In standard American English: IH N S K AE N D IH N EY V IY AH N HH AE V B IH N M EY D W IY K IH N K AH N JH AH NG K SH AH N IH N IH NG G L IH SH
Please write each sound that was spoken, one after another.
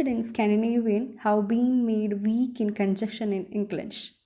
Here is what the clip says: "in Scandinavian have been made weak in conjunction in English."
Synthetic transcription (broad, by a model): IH N S K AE N D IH N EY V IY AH N HH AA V B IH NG M EY D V IY K IH N K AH N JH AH K SH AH N IH N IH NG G L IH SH